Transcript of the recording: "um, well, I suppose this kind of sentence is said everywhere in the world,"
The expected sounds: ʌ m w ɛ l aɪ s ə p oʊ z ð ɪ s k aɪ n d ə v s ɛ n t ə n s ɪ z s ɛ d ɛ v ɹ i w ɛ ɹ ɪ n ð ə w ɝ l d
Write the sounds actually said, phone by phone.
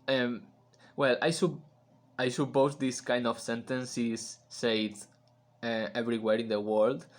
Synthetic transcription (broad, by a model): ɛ m w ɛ l aɪ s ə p oʊ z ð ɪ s k aɪ n d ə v s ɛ n t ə n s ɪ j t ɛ ɛ v ɹ i w ɛ ɹ ɪ n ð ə w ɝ l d